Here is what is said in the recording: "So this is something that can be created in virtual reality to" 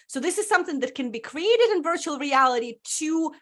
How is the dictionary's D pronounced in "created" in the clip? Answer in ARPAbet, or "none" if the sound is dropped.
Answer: D